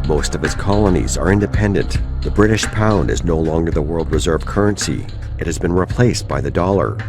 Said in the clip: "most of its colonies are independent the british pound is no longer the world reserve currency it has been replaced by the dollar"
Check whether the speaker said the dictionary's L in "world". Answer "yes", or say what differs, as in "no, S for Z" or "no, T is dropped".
yes